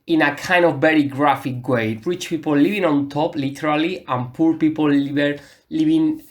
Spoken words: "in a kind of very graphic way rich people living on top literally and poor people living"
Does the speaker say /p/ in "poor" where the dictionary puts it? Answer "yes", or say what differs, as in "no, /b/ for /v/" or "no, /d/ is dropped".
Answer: yes